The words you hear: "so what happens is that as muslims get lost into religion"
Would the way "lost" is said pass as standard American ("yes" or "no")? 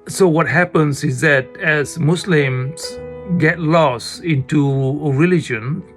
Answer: no